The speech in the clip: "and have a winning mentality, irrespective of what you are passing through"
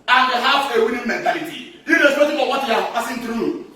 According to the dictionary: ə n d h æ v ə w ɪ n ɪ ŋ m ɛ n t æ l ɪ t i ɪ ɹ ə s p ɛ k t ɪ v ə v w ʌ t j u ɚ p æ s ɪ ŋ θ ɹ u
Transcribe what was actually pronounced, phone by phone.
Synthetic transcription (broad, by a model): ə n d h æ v ə w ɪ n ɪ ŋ m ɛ n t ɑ l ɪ t i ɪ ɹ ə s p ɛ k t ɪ f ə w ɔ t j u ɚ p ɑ s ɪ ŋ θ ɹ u